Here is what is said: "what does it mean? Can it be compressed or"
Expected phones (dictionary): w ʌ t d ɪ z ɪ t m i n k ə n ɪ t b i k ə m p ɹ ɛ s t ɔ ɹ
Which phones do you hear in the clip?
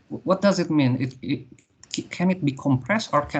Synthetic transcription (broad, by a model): w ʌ t d ɪ z ɪ t m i n k ə n ɪ t b i k ə m p ɹ ɛ s t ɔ ɹ